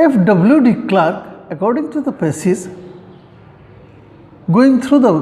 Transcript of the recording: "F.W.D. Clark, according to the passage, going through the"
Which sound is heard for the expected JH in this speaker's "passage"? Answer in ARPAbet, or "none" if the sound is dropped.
Z